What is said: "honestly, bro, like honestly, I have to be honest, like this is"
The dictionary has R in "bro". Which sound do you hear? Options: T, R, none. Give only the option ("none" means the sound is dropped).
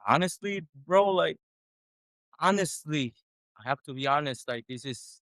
R